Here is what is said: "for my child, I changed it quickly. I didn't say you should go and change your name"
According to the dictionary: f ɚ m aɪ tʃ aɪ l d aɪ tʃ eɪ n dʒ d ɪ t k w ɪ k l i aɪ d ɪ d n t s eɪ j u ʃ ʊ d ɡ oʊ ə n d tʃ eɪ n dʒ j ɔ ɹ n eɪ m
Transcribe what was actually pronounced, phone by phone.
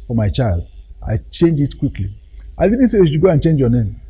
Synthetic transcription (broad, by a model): f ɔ m aɪ tʃ aɪ l d aɪ tʃ eɪ n dʒ ɪ t k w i k l i aɪ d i d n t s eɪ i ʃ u ɡ oʊ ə n tʃ eɪ n dʒ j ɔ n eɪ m